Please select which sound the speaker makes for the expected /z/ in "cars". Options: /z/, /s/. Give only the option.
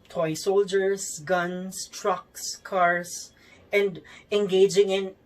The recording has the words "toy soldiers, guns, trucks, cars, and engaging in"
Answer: /s/